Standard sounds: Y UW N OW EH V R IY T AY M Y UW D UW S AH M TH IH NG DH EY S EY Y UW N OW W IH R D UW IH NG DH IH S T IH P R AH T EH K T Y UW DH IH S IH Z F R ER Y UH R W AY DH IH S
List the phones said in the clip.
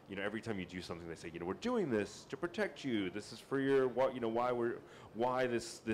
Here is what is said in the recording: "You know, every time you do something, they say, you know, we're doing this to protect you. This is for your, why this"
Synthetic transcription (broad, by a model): Y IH N OW EH V R IY T AY M Y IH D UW S AH M TH IH NG DH EY S EY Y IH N OW W IH R D UW IH NG DH IH S T IH P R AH T EH K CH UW DH IH S IH Z F R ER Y UH R W AY DH IH S